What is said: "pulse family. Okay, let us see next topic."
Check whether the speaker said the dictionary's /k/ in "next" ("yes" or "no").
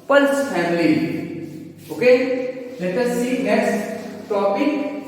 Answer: no